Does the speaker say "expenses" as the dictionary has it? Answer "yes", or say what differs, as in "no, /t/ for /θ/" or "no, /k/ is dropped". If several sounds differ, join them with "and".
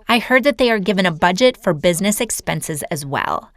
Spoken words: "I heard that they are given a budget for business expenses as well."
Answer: yes